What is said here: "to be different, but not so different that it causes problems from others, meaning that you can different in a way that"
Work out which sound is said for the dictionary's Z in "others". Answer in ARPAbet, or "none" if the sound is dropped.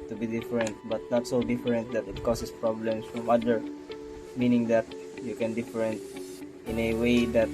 none